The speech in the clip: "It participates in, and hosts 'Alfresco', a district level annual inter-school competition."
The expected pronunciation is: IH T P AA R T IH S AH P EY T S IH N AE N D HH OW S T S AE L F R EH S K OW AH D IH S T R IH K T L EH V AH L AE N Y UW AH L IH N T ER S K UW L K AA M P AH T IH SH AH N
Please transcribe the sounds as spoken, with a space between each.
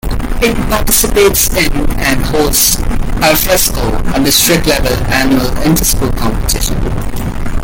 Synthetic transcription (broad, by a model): IH T P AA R T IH S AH P EY T S IH N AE N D HH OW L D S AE F EH S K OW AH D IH S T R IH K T L EH V AH L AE N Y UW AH L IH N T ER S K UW K AA M P AH T IH SH AH N